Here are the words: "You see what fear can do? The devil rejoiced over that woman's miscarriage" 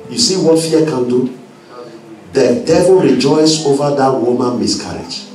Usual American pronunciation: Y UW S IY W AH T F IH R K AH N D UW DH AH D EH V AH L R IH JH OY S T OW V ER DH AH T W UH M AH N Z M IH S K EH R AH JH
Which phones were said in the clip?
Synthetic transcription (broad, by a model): Y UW S IY W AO T F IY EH K AH N D UW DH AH D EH V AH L R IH JH OY S OW V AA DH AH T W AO M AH N M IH S K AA R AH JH